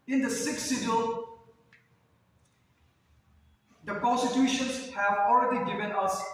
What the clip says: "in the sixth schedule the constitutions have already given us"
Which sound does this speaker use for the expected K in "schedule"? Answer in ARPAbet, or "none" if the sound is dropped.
none